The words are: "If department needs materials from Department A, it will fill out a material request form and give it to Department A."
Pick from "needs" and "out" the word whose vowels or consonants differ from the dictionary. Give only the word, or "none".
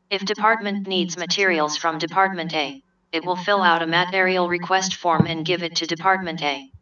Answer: none